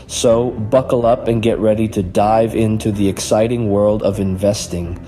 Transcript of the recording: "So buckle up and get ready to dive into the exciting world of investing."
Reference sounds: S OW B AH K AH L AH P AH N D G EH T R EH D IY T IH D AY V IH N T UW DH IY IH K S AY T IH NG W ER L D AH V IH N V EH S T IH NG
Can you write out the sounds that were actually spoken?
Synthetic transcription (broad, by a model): S OW B AH K L AH P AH N G EH T R EH D IY T IH D AY V IH N T UW DH IY IH K S AY T IH NG W ER L D AH V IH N V EH S T IH NG